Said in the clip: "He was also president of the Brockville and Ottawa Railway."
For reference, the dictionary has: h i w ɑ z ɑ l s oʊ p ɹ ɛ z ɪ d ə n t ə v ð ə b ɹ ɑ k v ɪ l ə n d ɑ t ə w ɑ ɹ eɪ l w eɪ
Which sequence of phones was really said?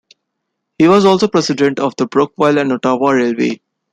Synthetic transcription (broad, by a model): h i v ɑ z ɑ l s oʊ p ɹ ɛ s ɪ d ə n t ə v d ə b ɹ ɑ k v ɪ l ə n d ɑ t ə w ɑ ɹ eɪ l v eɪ